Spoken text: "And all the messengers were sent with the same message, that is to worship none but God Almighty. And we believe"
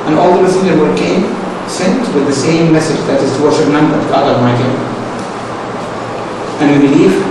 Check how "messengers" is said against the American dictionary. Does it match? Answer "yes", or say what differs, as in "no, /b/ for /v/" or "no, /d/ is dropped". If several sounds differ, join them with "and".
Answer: no, /n/ is dropped